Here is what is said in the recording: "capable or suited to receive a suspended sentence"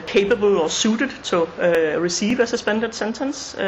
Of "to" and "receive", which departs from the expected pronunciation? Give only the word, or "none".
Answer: to